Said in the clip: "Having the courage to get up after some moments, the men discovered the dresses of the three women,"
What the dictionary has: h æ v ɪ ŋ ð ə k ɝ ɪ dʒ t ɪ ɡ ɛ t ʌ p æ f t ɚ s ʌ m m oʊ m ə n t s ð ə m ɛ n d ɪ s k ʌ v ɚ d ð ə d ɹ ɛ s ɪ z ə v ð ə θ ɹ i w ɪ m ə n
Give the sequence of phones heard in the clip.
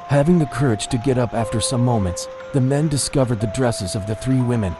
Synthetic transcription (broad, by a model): h æ v ɪ ŋ ð ə k ɝ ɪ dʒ t ɪ ɡ ɛ t ʌ p æ f t ɚ s ʌ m m oʊ m ə n t s ð ə m ɛ n d ɪ s k ʌ v ɚ d ð ə d ɹ ɛ s ɪ z ə v ð ə θ ɹ i w ɪ m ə n